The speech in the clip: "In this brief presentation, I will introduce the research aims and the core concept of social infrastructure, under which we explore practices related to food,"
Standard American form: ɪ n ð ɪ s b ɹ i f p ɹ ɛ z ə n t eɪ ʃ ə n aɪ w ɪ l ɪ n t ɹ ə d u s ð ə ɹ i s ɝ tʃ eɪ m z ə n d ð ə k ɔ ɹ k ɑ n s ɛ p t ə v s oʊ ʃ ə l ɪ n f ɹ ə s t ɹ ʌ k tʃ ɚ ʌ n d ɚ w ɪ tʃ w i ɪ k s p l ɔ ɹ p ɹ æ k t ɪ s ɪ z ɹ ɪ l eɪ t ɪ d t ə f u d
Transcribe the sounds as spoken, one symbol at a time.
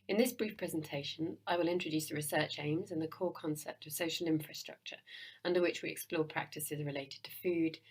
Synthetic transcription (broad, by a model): ɪ n ð ɪ s b ɹ i f p ɹ ɛ z ə n t eɪ ʃ ə n aɪ w ɪ l ɪ n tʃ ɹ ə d u s ð ə ɹ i s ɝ tʃ eɪ m z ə n ð ə k ɔ k ɑ n s ɛ p t ə v s oʊ ʃ ə l ɪ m f ɹ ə s t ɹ ʌ k tʃ ɚ ʌ n d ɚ w ɪ tʃ w i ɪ k s p l ɔ p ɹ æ k t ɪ s ɪ z ɹ ɪ l eɪ t ɪ d t ə f u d